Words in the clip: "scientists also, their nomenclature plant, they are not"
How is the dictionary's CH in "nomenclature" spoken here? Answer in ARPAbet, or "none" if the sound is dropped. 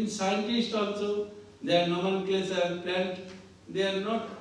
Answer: S